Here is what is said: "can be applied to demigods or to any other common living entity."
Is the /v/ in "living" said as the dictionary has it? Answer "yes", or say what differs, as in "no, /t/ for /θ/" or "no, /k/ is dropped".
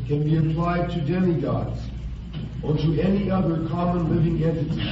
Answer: yes